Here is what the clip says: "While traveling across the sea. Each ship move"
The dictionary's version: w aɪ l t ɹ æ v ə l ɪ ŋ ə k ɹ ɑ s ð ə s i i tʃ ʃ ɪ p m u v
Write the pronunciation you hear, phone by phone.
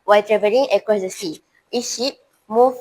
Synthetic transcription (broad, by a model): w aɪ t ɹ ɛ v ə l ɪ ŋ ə k ɑ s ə s i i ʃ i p m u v